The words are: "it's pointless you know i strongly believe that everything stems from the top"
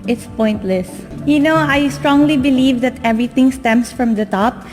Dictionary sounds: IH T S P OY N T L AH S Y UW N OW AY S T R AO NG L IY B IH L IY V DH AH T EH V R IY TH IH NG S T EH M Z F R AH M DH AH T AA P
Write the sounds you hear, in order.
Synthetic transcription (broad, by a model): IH T S P OY N T L AH S Y UW N OW AY S T R AO NG L IY B IH L IY V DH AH T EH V R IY T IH NG S T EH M S F R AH M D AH T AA P